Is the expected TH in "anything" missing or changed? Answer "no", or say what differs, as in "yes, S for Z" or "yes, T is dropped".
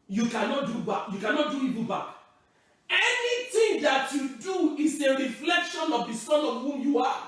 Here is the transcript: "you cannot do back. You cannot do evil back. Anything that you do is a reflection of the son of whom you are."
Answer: yes, T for TH